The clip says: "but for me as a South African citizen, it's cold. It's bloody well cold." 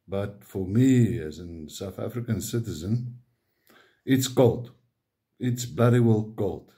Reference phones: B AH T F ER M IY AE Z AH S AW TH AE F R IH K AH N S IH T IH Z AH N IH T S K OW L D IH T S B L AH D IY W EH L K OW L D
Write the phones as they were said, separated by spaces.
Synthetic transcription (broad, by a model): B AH T F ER M IY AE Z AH S AW TH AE F R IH K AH N S IH T IH Z AH N IH T S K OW L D IH T S B L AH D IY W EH L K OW L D